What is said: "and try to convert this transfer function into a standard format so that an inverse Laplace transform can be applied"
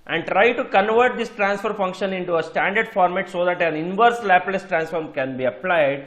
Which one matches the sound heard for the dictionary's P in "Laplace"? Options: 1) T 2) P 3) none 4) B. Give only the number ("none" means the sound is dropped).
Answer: 2